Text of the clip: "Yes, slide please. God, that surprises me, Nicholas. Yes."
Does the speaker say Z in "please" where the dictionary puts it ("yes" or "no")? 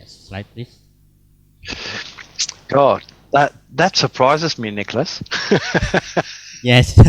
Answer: no